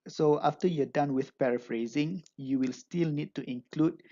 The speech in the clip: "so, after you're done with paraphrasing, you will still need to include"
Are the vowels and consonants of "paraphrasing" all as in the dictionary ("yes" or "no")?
yes